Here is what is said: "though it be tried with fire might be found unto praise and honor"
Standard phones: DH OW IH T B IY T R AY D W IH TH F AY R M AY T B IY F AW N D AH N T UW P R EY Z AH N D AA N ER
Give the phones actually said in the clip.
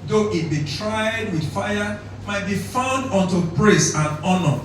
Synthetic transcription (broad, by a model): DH OW IH T B IY T R AY D W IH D F AY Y M AY T B IY F AW N D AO N T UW B R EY S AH N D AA N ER